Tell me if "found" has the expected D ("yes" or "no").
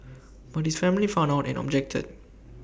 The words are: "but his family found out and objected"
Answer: no